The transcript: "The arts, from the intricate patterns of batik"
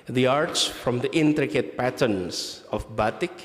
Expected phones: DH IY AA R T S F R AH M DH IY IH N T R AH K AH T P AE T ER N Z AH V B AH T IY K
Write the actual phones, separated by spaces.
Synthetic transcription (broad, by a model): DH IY AA R T S F R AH M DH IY IH N T R AH K AH T P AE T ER N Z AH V B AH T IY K